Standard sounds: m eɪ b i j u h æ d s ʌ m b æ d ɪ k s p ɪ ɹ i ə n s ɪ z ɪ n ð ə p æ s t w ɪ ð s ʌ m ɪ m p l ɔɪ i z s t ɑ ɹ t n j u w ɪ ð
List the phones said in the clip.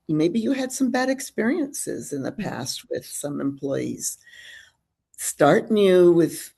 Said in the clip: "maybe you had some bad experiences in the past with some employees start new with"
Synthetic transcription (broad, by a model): m eɪ b i j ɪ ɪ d s ʌ m b æ d ɪ k s p ɪ ɹ i ə n s ɪ z ɪ n ð ə p æ s t w ɪ ð s ʌ m ɪ m p l ɔɪ i z s t ɑ ɹ t n j u w ɪ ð